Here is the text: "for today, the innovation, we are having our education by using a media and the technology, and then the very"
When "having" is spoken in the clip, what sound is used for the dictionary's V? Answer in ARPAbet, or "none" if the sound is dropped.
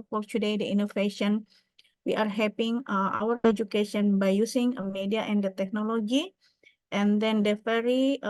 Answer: P